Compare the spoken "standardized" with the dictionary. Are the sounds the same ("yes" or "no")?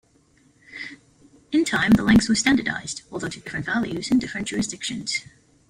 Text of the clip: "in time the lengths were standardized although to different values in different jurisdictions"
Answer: yes